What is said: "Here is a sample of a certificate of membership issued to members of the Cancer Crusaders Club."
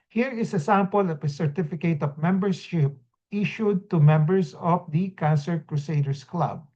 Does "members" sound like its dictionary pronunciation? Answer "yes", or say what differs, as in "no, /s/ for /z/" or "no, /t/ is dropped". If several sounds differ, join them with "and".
no, /s/ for /z/